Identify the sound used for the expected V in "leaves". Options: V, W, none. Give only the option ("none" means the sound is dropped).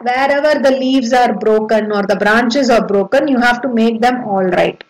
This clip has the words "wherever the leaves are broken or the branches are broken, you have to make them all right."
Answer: V